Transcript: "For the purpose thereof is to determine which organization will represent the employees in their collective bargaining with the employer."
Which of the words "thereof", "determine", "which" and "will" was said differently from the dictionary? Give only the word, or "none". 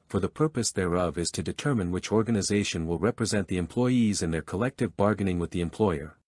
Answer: none